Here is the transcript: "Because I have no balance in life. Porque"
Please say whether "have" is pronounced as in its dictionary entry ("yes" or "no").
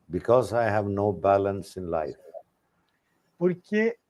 yes